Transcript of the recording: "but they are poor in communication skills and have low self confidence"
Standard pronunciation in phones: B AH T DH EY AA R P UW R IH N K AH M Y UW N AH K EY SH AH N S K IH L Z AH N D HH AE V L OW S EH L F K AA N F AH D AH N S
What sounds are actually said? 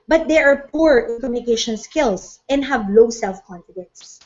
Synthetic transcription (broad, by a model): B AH T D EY AA R P UW R IH N K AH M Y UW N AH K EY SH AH N S K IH L S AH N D HH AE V L OW S EH L F K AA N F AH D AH N S